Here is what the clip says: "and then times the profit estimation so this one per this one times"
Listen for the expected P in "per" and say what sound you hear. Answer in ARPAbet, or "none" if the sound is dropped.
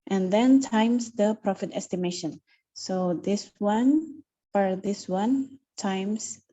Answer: F